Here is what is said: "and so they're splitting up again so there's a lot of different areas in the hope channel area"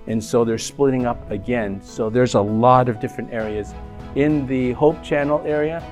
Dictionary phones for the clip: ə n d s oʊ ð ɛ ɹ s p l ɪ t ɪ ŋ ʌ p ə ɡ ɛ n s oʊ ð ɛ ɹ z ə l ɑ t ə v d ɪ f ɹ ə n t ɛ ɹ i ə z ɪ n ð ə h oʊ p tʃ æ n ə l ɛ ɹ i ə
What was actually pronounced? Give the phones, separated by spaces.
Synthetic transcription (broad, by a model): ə n s oʊ ð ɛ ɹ s p l ɪ t ɪ ŋ ʌ p ə ɡ ɛ n s oʊ ð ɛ ɹ z ə l ɑ t ə v d ɪ f ɹ ə n t ɛ ɹ i ə z ɪ n ð ə h oʊ p tʃ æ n l ɛ ɹ i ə